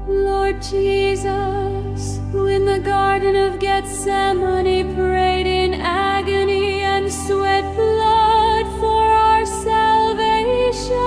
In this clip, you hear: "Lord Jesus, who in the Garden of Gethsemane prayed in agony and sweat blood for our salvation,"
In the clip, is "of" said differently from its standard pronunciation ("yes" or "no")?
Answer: no